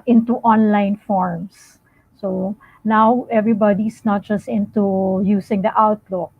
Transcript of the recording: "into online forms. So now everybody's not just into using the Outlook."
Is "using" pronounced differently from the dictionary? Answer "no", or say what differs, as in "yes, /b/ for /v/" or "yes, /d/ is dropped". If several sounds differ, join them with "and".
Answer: yes, /s/ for /z/